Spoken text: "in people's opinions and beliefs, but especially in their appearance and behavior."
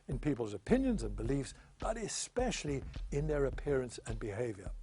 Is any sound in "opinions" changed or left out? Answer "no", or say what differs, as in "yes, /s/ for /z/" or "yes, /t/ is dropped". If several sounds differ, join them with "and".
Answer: no